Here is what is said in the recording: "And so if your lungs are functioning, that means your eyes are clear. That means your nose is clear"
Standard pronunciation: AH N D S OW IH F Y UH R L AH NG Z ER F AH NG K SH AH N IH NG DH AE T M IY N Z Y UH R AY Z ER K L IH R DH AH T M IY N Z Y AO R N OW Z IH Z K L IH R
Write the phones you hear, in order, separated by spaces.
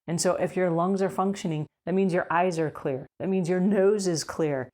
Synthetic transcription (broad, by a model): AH N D S OW IH F Y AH R L AH NG Z ER F AH NG K SH AH N IH NG DH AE T M IY N Z Y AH R AY Z ER K L IH R DH AH T M IY N Z Y AO R N OW Z IH Z K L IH R